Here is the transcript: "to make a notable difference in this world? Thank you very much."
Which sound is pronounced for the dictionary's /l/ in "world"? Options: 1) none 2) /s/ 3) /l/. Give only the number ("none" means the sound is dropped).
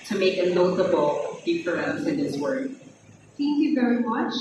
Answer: 1